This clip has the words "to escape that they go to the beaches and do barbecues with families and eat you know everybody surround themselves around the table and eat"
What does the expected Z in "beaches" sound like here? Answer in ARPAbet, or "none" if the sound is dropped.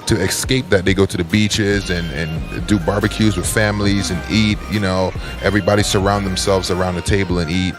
Z